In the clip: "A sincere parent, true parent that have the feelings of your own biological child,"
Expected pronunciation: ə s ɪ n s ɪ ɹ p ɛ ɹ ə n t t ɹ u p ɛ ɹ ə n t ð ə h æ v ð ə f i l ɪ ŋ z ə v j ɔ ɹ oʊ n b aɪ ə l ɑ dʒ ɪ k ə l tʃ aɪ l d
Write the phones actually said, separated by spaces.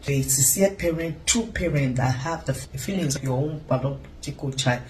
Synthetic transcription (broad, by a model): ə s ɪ s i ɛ p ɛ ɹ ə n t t u p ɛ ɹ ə n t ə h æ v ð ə f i l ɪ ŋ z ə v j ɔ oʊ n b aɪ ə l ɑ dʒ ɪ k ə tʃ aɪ